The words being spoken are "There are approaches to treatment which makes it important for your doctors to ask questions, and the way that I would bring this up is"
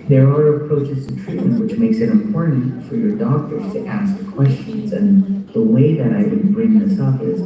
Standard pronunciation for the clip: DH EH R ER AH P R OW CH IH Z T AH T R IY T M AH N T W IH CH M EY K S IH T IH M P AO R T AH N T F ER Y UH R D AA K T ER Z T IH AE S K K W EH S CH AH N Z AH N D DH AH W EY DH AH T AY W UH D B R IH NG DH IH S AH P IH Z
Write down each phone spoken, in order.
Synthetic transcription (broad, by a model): DH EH R ER AH P R OW CH IH Z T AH T R IY T M AH N T W IH CH M EY K S IH T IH M P AO R T N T F ER Y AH R D AA K T ER Z T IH AE S K K W EH S CH AH N Z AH N DH AH W EY DH AH T AY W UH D B R IH NG DH IH S AH P IH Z